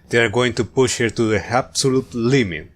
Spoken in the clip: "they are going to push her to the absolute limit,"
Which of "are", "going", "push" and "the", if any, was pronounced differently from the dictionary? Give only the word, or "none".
none